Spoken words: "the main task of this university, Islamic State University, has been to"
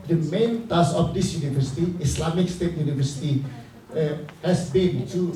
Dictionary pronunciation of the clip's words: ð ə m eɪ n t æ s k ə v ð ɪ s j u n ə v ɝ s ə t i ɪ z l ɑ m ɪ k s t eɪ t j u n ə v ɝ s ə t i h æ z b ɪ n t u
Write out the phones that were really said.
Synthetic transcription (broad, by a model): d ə m eɪ n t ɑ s ə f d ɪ s j u n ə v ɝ s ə t i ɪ s l ɑ m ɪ k s t eɪ t j u n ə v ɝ s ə t i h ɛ s b ɪ n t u